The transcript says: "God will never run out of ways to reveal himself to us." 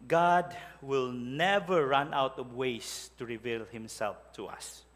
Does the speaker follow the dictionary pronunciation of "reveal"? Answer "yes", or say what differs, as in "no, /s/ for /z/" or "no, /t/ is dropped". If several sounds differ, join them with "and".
yes